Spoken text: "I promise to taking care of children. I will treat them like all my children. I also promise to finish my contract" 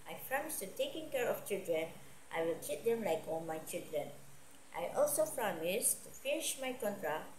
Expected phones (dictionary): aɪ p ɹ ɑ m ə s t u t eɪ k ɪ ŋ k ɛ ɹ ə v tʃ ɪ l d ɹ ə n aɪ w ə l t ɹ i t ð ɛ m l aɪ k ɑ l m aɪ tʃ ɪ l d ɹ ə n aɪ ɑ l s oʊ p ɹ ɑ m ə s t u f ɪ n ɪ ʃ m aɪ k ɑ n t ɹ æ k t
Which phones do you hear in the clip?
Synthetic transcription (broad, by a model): aɪ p ɹ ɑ m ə s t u t eɪ k ɪ ŋ k ɛ ɹ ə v tʃ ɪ l d ɹ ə n aɪ w ə l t i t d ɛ m l aɪ k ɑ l m aɪ tʃ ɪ l d ɹ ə n aɪ ɑ l s oʊ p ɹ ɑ m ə s t u f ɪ n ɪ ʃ m aɪ k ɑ n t ɹ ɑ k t